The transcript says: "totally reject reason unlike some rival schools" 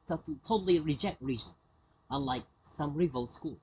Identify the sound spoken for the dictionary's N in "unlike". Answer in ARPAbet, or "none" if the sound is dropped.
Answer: none